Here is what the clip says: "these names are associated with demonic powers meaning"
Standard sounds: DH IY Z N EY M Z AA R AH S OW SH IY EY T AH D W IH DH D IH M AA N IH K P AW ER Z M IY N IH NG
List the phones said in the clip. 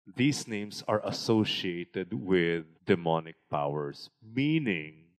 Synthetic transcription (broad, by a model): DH IY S N EY M S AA R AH S OW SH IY EY T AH D W IH DH D IH M AA N IH K P AW ER S M IY N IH NG